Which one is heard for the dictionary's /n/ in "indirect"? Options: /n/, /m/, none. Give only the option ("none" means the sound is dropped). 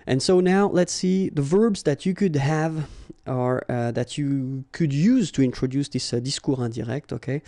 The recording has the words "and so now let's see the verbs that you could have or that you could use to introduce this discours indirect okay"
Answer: none